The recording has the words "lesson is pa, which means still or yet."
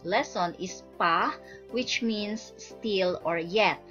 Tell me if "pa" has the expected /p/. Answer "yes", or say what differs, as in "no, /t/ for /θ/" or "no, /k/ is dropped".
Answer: yes